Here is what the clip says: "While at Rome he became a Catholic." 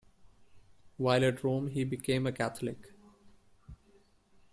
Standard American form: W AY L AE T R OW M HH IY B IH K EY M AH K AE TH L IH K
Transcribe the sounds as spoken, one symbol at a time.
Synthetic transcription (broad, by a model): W AY L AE T R OW M HH IY B IH K EY M AH K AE T L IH K